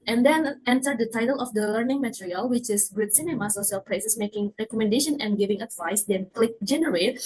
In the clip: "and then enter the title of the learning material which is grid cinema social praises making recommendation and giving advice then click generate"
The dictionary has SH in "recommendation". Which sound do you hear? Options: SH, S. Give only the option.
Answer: SH